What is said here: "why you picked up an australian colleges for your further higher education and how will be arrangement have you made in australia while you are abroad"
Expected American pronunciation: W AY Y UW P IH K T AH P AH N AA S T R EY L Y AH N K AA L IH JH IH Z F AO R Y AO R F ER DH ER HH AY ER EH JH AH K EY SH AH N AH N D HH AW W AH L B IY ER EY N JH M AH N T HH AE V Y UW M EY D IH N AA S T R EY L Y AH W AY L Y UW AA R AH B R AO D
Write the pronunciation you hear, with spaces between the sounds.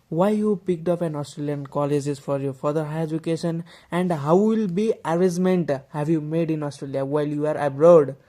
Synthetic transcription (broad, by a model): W AY Y UW P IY K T AH P AH N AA S T R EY L Y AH N K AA L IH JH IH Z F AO R Y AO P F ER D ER HH AY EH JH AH K EY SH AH N AH N D HH AW W AH L B IY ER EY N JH M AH N T HH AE B Y UW M EY D IH N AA S T R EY L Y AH W AY L Y UW AA R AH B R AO D